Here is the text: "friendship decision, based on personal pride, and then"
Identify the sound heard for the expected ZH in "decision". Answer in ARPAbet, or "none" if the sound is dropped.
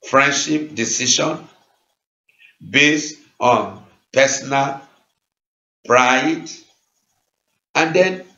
SH